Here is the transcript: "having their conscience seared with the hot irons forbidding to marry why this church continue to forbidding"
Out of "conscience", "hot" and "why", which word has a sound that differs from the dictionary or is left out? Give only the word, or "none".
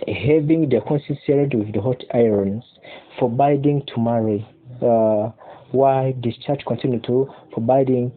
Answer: conscience